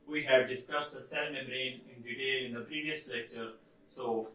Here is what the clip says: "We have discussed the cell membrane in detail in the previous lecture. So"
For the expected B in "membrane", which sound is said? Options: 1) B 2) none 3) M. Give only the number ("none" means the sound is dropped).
2